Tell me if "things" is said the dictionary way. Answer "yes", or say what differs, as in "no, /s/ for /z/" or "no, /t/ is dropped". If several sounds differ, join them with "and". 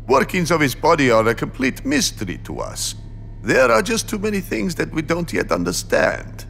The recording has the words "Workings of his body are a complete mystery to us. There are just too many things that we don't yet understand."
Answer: yes